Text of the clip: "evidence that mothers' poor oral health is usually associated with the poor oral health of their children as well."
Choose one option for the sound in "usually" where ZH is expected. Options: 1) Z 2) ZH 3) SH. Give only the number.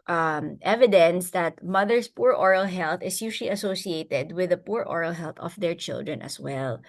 3